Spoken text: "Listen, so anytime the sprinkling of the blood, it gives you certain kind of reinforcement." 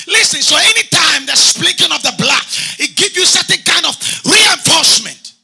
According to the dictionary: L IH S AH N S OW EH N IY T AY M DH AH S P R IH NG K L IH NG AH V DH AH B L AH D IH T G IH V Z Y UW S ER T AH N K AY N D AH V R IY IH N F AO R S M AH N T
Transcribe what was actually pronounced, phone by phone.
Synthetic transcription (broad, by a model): L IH S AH N S OW EH N IY T AY M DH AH S P L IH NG K IH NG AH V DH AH B L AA IH T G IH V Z Y UW S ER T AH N K AY N D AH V R IY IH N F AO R S M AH N T